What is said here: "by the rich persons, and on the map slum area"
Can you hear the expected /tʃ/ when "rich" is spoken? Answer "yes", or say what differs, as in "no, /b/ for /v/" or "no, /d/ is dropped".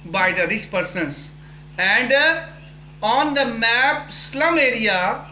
no, /s/ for /tʃ/